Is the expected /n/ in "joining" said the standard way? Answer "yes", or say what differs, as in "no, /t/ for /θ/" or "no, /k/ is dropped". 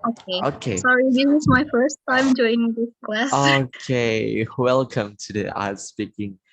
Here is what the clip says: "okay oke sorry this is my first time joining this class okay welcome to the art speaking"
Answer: no, /n/ is dropped